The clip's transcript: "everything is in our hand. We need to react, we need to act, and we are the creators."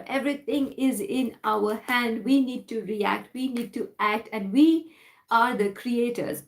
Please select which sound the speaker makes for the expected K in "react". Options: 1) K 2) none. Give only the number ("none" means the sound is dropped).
1